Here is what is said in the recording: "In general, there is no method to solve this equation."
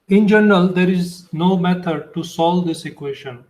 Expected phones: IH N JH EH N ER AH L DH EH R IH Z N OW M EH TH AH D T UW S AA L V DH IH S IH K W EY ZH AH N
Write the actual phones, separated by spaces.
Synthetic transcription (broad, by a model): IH N JH EH N ER AH L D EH R IH Z N OW M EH T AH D T UW S AA L V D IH S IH K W EY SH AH N